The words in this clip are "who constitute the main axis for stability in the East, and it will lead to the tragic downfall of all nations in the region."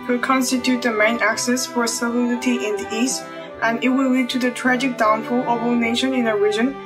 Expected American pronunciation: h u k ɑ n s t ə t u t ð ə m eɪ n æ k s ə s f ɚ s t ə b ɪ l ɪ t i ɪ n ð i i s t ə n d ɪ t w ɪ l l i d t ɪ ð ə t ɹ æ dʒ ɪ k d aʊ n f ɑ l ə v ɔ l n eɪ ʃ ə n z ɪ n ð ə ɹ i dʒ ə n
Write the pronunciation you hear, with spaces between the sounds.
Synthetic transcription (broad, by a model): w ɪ k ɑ n s t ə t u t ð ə m eɪ n æ k s ə s f ɚ s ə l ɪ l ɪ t i ɪ n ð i i s t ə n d ɪ t w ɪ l l i d t ɪ ð ə t ɹ æ dʒ ɪ k d aʊ n f ɑ l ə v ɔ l n eɪ ʃ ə n ɪ n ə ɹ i dʒ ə n